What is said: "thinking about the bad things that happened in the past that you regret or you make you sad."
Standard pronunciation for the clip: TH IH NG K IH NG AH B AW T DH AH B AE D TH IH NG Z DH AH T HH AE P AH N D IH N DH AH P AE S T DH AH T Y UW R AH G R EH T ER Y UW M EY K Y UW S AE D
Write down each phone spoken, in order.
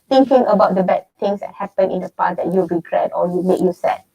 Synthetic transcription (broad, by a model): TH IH NG K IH NG AH B AW T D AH B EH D T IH NG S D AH T HH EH P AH N IH N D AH P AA T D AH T Y UW R AH G R EH T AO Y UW M EY K Y UW S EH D